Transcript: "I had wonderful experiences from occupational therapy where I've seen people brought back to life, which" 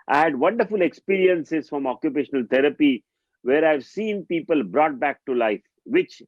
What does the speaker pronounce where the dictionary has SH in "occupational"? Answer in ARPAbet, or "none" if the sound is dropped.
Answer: SH